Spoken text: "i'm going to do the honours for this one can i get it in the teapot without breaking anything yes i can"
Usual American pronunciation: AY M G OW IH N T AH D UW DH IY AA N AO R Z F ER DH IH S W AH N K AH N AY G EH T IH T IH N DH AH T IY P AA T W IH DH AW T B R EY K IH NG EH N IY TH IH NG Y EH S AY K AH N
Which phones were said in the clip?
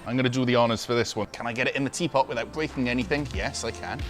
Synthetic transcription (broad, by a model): AY M G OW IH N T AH D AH DH IY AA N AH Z F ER DH IH S W AH N K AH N AY G EH T IH T IH N DH AH T IY P AA T W IH DH AW T B R EY K IH NG EH N IY TH IH NG Y EH S AY K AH N